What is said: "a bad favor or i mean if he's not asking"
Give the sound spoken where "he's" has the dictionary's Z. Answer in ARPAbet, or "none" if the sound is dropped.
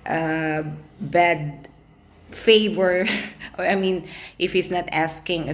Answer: S